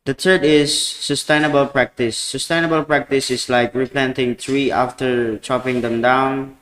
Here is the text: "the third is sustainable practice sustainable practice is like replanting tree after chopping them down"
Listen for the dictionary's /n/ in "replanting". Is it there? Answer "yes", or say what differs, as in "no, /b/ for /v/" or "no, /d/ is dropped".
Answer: yes